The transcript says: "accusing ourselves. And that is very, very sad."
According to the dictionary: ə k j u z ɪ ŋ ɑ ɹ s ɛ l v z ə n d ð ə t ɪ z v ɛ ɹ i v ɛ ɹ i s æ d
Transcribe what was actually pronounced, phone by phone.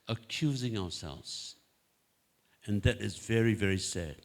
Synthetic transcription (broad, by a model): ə k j u z ɪ ŋ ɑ ɹ s ɛ l v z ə n ð ə t ɪ z v ɛ ɹ i v ɛ ɹ i s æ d